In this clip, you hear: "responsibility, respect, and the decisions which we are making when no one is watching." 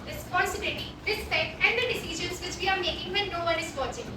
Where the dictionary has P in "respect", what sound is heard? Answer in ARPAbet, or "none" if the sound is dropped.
none